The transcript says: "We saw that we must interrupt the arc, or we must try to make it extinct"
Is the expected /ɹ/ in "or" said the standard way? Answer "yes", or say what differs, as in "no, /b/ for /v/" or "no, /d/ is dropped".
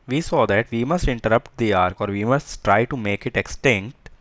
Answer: yes